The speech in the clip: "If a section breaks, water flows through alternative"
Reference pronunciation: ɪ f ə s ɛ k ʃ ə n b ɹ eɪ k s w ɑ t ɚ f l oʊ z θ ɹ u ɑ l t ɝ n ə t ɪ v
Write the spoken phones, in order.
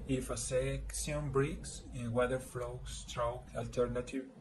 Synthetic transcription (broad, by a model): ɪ f ə s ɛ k s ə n b ɹ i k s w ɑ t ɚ f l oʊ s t ɹ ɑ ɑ l t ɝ n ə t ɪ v